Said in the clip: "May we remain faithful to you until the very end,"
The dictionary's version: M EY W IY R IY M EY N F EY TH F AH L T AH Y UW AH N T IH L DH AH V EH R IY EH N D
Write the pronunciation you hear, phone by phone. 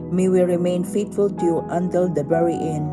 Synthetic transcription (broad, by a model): M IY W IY R IY M EY N F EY T F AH L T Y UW AH N T IH L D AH B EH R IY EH N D